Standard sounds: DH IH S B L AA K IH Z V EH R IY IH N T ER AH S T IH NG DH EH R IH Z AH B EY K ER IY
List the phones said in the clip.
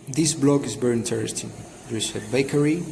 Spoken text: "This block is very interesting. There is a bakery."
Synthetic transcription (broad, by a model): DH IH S B L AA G IH Z B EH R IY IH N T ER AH S T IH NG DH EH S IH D B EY K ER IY